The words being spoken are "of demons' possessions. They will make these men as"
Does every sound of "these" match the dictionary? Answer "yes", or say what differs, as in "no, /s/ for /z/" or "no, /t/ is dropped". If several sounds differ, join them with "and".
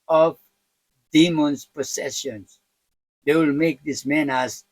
no, /s/ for /z/